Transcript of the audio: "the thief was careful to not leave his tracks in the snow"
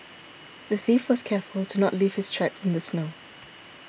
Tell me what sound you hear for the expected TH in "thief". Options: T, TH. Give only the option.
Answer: TH